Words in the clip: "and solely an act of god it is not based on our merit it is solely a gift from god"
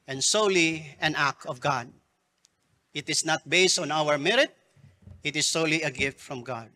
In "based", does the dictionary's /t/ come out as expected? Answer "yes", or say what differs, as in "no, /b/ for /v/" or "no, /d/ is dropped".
yes